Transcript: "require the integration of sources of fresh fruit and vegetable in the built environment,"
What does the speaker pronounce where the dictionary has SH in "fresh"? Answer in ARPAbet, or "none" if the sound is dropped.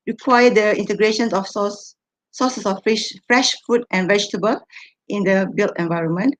SH